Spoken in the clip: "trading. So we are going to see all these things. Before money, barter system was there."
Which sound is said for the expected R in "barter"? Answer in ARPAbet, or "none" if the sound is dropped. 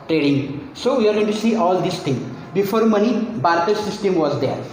R